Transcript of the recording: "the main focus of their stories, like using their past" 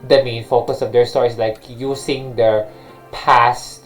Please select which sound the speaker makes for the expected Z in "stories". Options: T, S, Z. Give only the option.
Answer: S